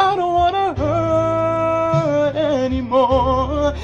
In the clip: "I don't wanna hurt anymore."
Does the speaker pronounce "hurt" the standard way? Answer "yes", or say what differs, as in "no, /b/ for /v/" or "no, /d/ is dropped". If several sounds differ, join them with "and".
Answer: no, /t/ is dropped